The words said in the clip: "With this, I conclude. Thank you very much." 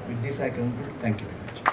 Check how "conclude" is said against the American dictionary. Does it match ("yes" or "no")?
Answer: no